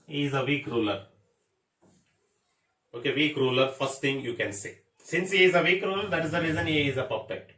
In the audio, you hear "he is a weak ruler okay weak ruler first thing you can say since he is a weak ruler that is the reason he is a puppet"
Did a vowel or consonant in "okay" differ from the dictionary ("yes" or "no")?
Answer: no